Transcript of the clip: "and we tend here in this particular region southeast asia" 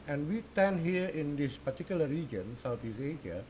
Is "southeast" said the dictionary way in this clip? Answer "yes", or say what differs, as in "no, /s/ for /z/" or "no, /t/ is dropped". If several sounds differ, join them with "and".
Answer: no, /t/ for /θ/ and /t/ is dropped